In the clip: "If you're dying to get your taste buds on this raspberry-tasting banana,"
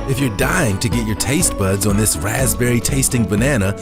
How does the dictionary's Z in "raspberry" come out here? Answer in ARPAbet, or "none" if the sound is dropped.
Z